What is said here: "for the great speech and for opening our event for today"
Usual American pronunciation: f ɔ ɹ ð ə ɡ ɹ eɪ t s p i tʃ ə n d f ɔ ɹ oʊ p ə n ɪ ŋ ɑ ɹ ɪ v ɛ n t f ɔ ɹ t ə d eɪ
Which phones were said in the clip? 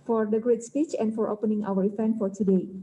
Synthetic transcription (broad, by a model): f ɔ ɹ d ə ɡ ɹ eɪ t s p i tʃ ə n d f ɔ ɹ oʊ p ə n ɪ ŋ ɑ w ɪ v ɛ n f ɔ ɹ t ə d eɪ